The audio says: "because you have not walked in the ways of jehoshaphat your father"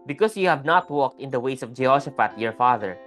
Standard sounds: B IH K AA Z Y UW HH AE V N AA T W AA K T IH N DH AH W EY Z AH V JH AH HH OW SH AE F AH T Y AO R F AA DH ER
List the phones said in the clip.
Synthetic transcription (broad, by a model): B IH K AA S Y UW HH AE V N AA T W AA K T IH N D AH W EY S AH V JH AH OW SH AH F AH T Y AO R F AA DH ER